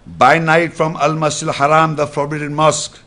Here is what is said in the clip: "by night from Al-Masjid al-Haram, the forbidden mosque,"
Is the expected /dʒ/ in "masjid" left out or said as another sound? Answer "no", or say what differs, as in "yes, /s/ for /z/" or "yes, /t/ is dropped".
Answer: yes, /dʒ/ is dropped